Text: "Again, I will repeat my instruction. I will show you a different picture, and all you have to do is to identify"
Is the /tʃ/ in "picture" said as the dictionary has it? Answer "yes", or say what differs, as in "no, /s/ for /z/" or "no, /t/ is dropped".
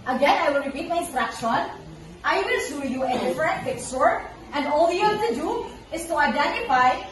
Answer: no, /s/ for /tʃ/